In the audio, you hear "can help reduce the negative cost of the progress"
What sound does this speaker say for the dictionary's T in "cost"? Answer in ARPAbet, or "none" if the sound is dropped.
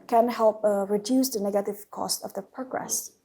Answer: T